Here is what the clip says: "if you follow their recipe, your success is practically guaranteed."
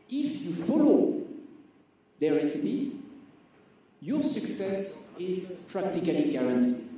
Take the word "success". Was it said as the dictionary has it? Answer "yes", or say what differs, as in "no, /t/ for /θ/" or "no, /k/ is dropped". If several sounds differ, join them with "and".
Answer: yes